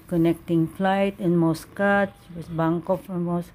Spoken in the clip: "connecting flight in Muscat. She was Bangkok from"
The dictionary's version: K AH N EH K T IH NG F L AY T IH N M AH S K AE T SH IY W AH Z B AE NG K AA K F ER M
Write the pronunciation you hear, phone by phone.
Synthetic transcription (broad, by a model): K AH N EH K T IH NG F L AY T IH N M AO S K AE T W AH S B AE NG K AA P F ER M